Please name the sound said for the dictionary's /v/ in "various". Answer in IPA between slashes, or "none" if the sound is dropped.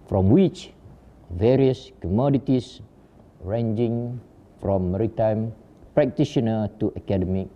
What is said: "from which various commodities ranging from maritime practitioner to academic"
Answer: /v/